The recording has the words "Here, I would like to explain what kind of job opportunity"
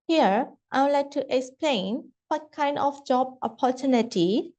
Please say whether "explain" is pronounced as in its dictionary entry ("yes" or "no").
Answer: yes